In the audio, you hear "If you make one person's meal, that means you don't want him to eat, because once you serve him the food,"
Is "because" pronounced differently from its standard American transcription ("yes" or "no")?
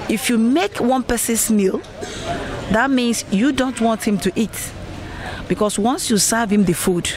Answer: yes